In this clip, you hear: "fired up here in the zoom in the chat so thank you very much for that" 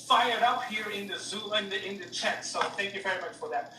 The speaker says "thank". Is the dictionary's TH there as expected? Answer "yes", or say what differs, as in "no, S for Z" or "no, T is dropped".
yes